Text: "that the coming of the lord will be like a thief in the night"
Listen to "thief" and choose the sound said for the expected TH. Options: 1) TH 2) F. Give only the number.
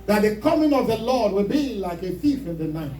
2